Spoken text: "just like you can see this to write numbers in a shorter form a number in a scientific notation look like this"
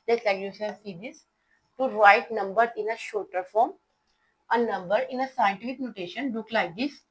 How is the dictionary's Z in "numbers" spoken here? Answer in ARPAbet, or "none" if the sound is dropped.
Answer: none